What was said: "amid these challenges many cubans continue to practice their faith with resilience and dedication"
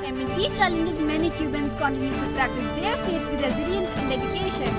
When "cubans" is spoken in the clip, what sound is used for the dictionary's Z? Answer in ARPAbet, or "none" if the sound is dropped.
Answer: S